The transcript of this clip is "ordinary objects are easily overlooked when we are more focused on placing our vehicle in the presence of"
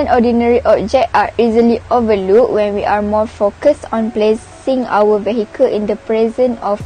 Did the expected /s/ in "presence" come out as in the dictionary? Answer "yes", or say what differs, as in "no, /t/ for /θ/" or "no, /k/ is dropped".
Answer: no, /s/ is dropped